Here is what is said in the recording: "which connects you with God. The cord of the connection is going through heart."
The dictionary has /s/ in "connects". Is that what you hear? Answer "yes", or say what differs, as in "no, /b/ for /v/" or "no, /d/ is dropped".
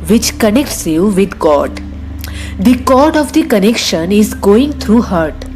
yes